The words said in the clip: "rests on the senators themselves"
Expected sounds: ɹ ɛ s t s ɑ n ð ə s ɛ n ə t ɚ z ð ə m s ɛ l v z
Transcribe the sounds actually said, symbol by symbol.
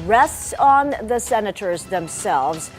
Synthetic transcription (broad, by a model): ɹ ɛ s t s n ð ə s ɛ n ə t ɚ z ð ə m s ɛ l v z